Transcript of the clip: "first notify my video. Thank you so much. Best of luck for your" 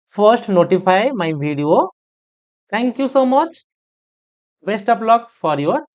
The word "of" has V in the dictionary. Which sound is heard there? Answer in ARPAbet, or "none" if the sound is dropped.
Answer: P